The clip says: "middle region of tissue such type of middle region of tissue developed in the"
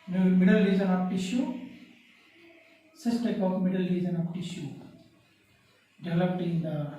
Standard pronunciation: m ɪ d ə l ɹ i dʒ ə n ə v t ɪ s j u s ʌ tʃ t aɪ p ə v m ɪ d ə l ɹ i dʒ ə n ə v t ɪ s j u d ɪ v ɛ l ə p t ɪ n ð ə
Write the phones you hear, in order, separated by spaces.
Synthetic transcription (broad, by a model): m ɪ d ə l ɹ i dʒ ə n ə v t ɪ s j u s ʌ s t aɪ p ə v m ɪ d ə l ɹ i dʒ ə n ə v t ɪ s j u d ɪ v l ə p t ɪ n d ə